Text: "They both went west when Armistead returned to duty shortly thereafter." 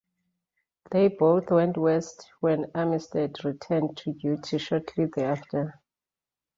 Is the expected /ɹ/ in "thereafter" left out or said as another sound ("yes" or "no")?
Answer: yes